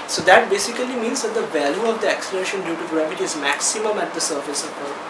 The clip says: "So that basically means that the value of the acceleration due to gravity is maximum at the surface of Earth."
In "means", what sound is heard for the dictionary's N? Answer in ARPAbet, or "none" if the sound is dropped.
N